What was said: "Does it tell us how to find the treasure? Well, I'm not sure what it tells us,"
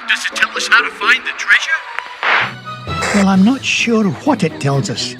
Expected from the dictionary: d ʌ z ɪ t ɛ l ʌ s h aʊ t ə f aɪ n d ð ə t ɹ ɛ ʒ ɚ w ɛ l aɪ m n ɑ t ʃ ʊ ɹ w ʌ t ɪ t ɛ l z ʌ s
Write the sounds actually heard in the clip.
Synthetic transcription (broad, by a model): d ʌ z ɪ t ɛ l ʌ s h aʊ t ə f aɪ n ð ə t ɹ ɛ ʒ ɚ w ɛ l aɪ m n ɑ t ʃ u ɹ w ʌ t ɪ t ɛ l z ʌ s